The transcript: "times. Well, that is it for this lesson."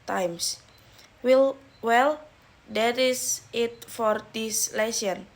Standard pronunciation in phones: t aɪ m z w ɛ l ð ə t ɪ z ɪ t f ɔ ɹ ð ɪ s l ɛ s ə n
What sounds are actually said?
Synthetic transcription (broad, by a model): t aɪ m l w ɛ l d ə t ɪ s ɪ t f ɔ ɹ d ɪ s l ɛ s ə n